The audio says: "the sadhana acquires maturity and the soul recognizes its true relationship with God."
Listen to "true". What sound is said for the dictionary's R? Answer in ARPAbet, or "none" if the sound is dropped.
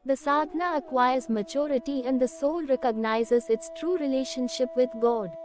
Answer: R